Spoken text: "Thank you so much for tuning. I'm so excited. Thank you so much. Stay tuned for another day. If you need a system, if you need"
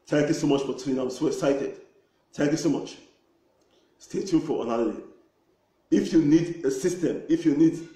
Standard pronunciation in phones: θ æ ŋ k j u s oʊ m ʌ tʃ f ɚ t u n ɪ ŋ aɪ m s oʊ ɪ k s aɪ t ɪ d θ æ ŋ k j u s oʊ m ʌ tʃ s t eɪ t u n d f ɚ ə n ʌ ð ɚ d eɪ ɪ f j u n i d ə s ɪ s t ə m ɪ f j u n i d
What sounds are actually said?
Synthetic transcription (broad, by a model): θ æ ŋ k j u s oʊ m ʌ tʃ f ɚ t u ɪ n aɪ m s oʊ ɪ s aɪ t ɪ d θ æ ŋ k j u s oʊ m ʌ tʃ s t eɪ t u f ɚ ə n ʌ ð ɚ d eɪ ɪ f j u n i d ə s ɪ s t ə m ɪ f j u n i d